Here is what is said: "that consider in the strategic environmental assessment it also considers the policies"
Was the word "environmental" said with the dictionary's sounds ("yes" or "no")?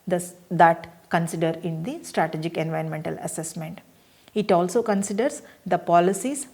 yes